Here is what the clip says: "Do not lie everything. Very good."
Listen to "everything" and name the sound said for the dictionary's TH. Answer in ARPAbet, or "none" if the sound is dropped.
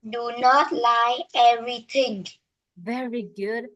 T